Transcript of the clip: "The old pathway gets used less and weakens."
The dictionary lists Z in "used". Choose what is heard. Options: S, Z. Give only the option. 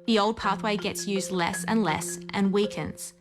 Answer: Z